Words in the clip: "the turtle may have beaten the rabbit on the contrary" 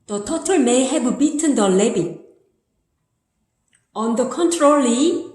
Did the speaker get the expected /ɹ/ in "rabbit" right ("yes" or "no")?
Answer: no